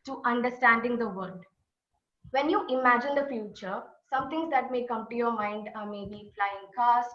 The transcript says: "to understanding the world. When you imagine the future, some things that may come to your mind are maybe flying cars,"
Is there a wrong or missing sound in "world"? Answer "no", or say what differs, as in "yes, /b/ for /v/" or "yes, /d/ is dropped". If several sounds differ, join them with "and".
yes, /l/ is dropped